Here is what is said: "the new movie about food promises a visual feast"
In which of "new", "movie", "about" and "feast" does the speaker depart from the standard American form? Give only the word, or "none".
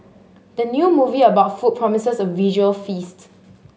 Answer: none